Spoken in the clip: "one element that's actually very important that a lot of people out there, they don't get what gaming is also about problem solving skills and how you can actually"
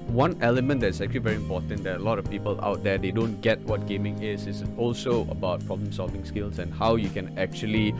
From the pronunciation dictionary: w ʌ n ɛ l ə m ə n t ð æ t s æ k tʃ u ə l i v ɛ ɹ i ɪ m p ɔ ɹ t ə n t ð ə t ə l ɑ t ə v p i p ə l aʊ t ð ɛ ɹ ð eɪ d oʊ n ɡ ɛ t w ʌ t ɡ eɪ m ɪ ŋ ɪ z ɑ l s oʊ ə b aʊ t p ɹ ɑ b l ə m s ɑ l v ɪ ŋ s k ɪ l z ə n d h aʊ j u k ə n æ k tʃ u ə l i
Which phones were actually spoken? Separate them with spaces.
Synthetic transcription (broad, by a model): w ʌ n ɛ l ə m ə n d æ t s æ k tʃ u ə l i v ɛ ɹ i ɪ m p ɔ t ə n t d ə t ə l ɑ t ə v p i p ə l aʊ t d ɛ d eɪ d oʊ n ɡ ɛ t w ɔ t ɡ eɪ m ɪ ŋ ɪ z ɑ l s oʊ ə b aʊ t p ɹ ɑ b l ə m s ɑ l v ɪ ŋ s k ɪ l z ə n h aʊ j u k ə n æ k tʃ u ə l i